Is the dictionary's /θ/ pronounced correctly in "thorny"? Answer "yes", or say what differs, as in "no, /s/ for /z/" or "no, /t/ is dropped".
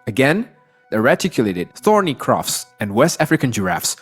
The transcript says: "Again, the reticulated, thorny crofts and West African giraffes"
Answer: yes